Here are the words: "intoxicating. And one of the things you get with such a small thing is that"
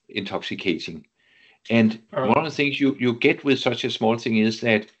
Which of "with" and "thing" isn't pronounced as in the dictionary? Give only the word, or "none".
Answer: none